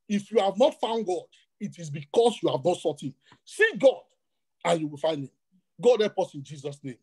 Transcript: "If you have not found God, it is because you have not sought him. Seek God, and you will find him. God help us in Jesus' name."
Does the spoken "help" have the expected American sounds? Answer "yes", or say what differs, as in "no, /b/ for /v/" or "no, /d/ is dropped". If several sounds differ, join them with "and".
no, /l/ is dropped